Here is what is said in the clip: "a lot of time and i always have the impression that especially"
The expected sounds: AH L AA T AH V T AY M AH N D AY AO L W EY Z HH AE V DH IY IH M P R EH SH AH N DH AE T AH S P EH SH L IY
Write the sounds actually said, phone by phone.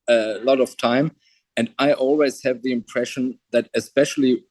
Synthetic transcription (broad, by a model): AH L AA T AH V T AY M AH N D AY AO L W EY Z HH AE V DH IY IH M P R EH SH AH N DH AE T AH S P EH SH L IY